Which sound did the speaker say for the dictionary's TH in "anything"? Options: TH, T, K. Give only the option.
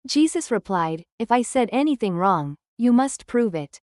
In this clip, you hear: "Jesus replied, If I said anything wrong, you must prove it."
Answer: TH